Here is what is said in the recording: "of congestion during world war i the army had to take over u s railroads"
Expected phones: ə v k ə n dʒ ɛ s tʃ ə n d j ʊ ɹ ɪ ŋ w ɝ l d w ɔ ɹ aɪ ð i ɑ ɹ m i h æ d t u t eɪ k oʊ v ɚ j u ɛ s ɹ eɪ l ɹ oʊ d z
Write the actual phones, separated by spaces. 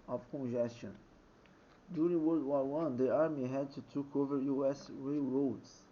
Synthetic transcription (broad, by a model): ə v k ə n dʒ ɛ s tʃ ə n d j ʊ ɹ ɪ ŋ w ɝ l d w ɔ w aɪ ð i ɑ ɹ m i h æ d t u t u k oʊ v ɚ j u ɛ s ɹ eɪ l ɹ oʊ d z